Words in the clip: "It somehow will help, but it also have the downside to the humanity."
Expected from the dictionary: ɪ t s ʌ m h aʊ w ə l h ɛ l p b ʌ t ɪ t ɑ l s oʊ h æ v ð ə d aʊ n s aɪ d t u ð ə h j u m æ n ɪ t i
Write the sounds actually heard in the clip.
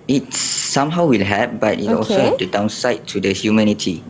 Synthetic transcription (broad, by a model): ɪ t s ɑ m h aʊ w ə l h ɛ p b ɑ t ɪ t ɑ l s oʊ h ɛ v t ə d aʊ n s aɪ t u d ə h j u m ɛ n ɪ t i